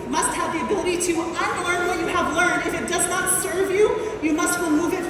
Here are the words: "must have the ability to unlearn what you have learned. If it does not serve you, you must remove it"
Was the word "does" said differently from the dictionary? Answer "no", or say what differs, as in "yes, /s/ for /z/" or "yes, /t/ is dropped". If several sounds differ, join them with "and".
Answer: no